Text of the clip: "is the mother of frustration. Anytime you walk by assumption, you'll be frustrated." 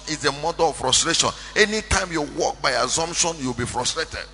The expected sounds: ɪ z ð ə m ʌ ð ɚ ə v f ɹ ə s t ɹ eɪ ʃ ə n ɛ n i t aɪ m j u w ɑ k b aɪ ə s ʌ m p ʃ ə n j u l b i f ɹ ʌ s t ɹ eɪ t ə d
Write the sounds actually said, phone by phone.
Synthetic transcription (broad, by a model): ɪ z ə m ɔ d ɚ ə f ɹ ə s t ɹ eɪ ʃ ə n ɛ n i t aɪ m j u w ɑ k b aɪ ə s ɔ m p ʃ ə n j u w b i f ɹ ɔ s t ɹ eɪ t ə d